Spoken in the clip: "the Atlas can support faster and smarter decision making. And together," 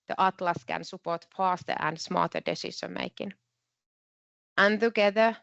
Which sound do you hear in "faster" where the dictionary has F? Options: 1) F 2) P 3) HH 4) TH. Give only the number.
2